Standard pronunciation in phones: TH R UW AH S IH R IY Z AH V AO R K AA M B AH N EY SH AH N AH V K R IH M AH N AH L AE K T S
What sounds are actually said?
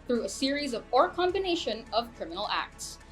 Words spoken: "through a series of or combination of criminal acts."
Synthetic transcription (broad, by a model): TH R UW AH S IH R IY Z AH V AO R K AA M B AH N EY SH AH N AH V K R IH M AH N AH L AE K T S